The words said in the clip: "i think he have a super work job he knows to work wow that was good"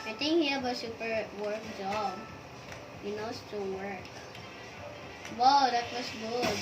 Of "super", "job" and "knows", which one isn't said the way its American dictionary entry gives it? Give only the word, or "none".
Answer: knows